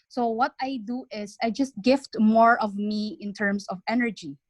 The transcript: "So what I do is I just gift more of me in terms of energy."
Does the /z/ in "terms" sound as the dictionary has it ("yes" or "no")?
no